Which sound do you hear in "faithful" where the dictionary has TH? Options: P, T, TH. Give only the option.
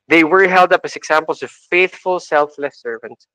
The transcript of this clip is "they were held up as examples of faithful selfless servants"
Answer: TH